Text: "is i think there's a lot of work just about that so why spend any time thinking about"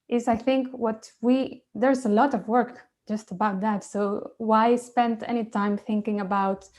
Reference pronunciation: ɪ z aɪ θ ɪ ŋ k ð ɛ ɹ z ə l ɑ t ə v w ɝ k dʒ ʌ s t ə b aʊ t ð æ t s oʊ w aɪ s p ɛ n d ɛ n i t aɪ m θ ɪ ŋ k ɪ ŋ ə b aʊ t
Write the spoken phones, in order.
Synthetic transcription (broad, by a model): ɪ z aɪ θ ɪ ŋ k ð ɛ ɹ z ə l ɑ t ə v w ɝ k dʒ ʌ s t ə b aʊ t ð æ t s oʊ w aɪ s p ɛ n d ɛ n i t aɪ m θ ɪ ŋ k ɪ ŋ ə b aʊ t